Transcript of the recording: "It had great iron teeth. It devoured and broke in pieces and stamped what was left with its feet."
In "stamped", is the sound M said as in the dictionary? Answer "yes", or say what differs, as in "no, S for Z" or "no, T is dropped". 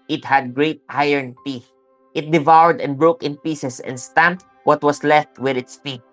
yes